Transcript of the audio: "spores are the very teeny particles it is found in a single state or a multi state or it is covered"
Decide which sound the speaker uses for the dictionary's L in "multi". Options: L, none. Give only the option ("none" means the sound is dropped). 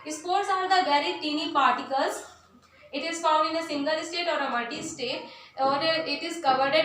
none